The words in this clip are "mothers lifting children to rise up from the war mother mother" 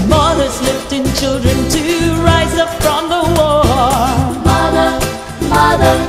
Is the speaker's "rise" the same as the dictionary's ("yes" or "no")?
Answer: yes